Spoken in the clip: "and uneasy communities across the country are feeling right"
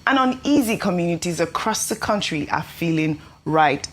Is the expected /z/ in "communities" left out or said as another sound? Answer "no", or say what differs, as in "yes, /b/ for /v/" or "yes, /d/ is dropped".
no